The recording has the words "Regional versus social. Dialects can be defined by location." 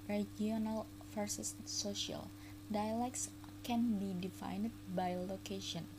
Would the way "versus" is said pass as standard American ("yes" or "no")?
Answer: no